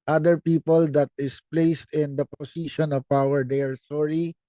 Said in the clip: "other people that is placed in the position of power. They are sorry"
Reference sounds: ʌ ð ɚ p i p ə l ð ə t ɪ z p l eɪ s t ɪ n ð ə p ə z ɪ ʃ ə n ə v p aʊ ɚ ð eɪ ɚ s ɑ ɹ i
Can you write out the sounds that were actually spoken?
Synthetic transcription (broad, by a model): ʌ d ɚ p i p ə l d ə t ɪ s p l eɪ s t ɪ n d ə p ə s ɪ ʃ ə n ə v aʊ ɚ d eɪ ɚ s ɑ ɹ i